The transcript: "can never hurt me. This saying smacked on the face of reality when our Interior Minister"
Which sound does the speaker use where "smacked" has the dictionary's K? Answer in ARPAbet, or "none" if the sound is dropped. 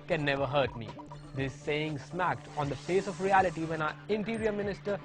K